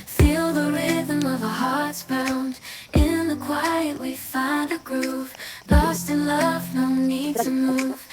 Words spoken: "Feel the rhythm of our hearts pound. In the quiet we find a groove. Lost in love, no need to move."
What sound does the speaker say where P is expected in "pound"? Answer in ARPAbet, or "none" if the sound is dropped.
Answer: B